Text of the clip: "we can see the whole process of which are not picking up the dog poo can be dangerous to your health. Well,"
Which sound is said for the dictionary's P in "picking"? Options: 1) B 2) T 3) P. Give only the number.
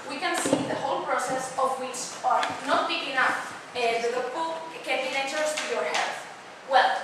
1